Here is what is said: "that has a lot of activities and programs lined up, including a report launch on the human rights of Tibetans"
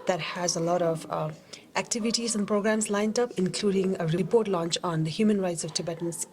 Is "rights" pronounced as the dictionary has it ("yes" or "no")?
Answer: yes